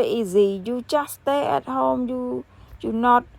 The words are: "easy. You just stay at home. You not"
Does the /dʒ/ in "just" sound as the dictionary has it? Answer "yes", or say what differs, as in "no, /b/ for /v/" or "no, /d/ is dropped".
no, /tʃ/ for /dʒ/